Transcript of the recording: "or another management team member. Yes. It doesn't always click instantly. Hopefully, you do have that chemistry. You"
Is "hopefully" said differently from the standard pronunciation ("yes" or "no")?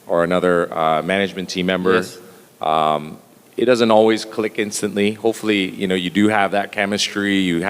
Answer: yes